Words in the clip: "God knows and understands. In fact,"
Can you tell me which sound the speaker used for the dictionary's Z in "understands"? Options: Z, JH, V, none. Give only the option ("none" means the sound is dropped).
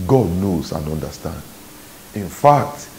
none